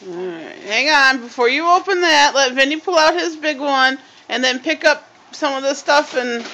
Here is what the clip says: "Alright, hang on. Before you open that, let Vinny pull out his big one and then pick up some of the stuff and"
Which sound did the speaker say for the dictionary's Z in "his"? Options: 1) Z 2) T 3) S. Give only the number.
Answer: 1